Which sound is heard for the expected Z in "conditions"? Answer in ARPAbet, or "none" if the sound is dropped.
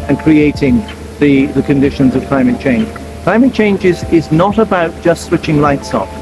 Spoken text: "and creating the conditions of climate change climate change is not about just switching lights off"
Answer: Z